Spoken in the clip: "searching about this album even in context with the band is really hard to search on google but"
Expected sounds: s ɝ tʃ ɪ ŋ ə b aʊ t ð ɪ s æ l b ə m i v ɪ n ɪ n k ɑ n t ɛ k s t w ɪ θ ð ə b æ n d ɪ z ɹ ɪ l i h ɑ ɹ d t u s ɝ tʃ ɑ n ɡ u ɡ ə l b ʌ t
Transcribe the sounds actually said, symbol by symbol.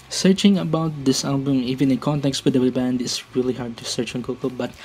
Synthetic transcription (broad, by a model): s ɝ tʃ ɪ ŋ ə b aʊ t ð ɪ s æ l b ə m i v ɪ n ɪ n k ɑ n t ɛ k s t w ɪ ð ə b æ n d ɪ s ɹ ɪ l i h ɑ ɹ d t u s ɝ tʃ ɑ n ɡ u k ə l b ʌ t